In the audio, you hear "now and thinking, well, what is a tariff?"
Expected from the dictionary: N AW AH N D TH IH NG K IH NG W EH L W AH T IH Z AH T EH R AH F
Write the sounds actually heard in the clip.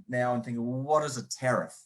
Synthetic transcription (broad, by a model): N AW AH N TH IH NG K IH NG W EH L W AH T IH Z AH T EH R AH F